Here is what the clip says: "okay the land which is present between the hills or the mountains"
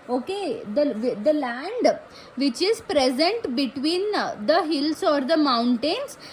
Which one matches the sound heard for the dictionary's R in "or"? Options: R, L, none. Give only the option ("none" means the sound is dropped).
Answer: R